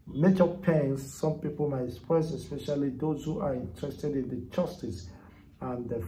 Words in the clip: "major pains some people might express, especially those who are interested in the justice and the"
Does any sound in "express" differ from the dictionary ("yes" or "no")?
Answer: yes